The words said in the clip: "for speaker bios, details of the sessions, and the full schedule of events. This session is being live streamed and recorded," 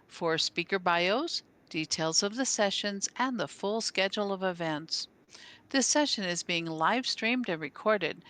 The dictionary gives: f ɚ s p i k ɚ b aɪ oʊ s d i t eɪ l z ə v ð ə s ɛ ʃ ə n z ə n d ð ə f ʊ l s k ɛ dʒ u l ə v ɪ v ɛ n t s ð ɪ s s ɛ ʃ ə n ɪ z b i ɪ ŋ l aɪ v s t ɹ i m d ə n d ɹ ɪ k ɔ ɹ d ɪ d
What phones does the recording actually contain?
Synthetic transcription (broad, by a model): f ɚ s p i k ɚ b aɪ oʊ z d i t eɪ l z ə v ð ə s ɛ ʃ ə n z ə n ð ə f ʊ l s k ɛ dʒ l ə v ɪ v ɛ n t s ð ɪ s s ɛ ʃ ə n ɪ z b i ɪ ŋ l aɪ v s t ɹ i m d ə n ɹ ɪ k ɔ ɹ d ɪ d